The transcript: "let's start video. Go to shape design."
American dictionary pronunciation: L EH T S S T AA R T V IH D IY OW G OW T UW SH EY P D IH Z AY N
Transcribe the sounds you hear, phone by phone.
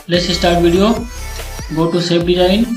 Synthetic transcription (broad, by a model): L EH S S T AA R T V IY D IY OW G OW T UW S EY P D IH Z AY N